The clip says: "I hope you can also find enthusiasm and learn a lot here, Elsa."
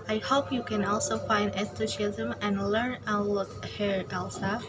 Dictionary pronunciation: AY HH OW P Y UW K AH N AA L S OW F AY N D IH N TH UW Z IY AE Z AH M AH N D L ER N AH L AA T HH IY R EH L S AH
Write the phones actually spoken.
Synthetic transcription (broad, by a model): AY HH OW P Y UW K AH N AA L S OW F AY N D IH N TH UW S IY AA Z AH M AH N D L ER N AH L AA T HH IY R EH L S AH